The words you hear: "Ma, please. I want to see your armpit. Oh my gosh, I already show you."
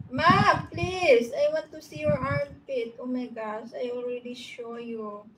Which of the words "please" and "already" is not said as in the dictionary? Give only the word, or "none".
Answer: please